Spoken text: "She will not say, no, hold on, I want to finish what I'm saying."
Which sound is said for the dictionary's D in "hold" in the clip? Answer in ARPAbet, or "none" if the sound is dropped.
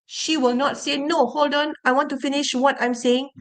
D